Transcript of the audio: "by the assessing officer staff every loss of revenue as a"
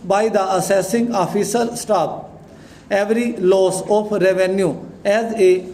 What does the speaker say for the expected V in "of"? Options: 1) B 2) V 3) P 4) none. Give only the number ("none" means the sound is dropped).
3